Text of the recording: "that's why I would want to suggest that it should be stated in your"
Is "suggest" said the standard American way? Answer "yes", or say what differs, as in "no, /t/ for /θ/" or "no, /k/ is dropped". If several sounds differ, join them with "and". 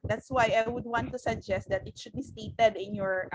yes